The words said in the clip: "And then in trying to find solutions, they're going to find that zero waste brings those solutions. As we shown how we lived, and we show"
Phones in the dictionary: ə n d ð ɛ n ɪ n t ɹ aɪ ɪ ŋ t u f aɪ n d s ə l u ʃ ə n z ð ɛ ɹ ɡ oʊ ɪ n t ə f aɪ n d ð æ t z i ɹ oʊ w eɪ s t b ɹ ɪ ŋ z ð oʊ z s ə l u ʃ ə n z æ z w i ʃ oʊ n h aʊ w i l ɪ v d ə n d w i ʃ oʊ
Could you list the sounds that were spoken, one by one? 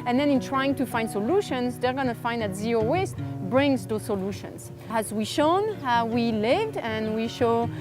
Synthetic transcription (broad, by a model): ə n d ð ɛ n ɪ n t ɹ aɪ ɪ ŋ t u f aɪ n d s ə l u ʃ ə n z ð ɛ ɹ ɡ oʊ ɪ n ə f aɪ n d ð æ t z i ɹ oʊ w eɪ s t b ɹ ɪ ŋ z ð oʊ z s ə l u ʃ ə n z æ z w i ʃ oʊ n w i l ɪ v d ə n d w i ʃ oʊ